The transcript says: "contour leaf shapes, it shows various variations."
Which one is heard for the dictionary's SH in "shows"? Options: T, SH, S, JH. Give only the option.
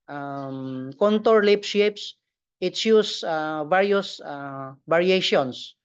S